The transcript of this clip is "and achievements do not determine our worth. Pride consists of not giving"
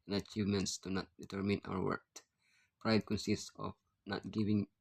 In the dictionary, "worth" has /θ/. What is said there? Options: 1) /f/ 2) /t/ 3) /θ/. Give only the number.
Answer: 2